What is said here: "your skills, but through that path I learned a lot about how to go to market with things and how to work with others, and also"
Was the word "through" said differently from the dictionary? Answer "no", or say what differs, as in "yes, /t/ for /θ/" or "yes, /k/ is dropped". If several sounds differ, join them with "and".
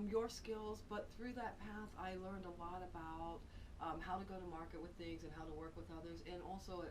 no